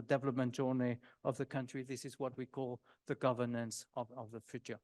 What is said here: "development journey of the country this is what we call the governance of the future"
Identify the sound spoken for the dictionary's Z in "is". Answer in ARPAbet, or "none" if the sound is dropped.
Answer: Z